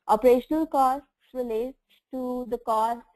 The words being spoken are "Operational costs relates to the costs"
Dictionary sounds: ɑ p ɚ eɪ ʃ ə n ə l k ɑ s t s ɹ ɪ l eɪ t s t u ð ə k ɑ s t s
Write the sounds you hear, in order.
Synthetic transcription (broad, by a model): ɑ p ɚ eɪ ʃ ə n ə l k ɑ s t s ɹ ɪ l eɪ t t u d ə k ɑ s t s